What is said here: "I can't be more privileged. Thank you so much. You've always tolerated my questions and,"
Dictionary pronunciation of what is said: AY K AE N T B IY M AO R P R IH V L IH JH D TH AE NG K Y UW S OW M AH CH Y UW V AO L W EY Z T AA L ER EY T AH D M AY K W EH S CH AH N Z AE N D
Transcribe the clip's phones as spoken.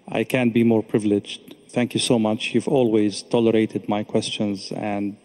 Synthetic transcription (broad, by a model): AY K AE N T B IY M AO R P R IH V L IH JH D TH AE NG K Y UW S OW M AH CH Y UW V AO L W EY Z T AA L ER EY T AH D M AY K W EH S CH AH N Z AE N D